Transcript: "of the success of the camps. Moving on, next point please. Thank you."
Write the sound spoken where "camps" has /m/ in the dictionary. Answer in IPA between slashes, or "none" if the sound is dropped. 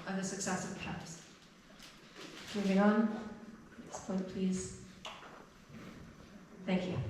none